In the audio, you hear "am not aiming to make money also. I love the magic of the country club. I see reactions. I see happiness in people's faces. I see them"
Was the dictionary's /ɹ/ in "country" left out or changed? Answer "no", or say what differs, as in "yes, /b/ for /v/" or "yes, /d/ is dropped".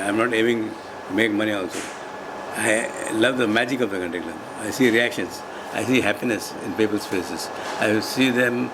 yes, /ɹ/ is dropped